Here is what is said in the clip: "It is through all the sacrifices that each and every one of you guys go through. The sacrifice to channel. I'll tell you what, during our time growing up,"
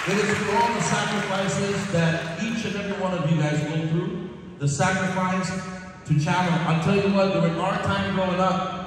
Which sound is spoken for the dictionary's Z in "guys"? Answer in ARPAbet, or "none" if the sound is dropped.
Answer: Z